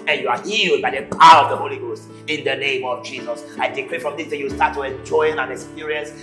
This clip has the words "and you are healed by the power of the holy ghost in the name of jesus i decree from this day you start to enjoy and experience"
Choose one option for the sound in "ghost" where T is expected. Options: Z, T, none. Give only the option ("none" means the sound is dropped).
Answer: T